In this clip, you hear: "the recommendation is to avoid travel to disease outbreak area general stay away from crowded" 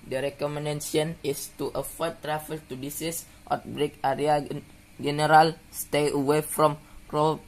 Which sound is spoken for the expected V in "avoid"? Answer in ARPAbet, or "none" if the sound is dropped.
F